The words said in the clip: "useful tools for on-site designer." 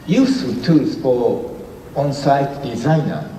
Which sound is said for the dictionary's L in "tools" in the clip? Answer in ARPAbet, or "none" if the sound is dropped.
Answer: none